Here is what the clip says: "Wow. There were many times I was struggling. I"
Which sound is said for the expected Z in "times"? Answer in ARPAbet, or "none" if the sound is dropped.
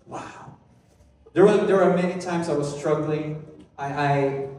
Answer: Z